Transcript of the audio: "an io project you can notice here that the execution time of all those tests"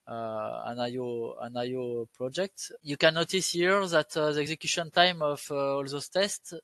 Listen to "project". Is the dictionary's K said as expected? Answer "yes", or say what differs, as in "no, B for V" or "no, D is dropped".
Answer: yes